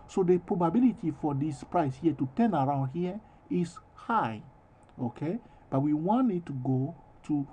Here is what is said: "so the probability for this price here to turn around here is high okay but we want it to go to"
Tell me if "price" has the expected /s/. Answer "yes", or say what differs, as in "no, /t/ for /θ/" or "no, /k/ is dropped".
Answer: yes